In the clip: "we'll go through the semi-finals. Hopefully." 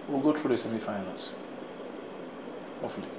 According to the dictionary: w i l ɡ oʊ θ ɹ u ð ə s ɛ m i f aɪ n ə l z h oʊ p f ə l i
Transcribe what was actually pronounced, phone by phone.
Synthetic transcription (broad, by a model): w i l ɡ oʊ t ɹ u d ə s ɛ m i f aɪ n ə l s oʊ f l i